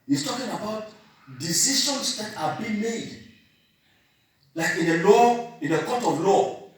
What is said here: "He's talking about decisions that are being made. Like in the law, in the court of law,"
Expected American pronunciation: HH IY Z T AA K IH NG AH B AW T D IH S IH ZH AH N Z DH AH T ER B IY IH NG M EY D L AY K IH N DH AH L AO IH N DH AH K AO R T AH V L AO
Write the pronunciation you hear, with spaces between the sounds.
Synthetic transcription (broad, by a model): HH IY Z T AA K IH NG AH B AW T D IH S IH SH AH N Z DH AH T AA B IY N M EY D L AY K IH N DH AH L AO IH N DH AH K AO T AH V L AO